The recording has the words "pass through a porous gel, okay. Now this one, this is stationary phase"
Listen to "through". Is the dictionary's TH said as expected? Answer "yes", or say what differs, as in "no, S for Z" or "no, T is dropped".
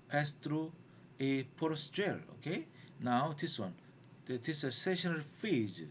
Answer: no, T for TH